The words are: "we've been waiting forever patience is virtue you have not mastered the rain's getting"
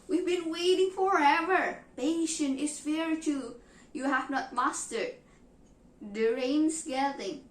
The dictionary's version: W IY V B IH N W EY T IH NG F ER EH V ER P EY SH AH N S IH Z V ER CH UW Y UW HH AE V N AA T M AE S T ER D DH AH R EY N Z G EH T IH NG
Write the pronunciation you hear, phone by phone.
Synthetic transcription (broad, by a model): W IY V B IH N W EY T IH NG F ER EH V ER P EY SH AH N IH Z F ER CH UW Y UW HH AE V N AA T M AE S T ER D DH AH R EY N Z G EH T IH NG